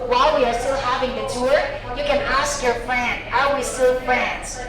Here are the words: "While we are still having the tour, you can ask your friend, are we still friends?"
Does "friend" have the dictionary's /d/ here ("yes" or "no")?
no